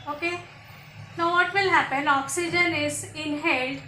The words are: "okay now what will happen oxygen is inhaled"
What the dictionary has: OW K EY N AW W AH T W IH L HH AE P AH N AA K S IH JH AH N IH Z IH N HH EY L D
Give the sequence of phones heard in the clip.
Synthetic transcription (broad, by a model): OW K EY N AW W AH T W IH L HH AE P AH N AA K S IH JH AH N IH Z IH N HH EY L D